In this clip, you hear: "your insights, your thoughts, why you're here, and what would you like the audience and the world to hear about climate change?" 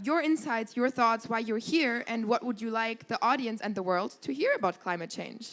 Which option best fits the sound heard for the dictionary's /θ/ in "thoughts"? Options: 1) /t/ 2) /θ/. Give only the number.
2